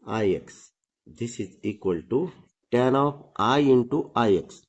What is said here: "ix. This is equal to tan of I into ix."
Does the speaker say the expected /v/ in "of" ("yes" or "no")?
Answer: no